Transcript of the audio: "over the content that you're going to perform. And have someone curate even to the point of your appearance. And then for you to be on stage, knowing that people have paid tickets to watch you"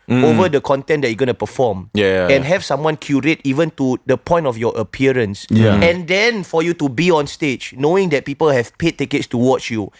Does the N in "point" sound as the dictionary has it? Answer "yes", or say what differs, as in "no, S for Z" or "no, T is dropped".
yes